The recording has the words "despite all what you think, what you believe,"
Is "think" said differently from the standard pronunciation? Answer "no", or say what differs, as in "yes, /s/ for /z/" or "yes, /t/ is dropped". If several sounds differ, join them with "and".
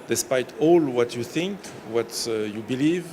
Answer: no